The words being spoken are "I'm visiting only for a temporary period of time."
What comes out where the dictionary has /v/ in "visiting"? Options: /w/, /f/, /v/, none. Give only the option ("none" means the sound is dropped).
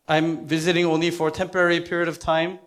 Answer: /v/